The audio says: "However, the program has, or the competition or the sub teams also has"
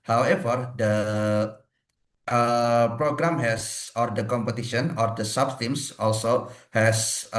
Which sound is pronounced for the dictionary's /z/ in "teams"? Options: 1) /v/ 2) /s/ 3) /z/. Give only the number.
2